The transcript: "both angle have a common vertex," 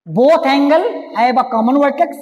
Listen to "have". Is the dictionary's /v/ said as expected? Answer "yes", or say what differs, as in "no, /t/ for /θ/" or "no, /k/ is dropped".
no, /b/ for /v/